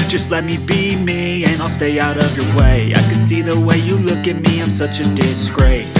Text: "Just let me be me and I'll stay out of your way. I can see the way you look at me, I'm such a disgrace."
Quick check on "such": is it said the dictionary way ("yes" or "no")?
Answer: yes